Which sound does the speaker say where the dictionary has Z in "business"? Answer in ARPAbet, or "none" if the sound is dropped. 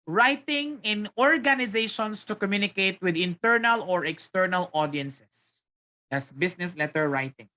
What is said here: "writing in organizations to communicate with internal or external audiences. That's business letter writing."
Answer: S